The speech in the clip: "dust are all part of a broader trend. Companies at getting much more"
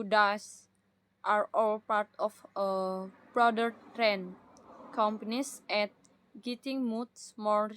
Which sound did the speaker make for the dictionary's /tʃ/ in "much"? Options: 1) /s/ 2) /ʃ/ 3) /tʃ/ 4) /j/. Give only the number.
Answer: 1